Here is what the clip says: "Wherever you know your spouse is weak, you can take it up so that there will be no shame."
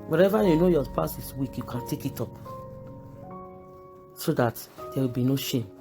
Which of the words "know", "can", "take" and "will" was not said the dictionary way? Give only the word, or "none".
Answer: none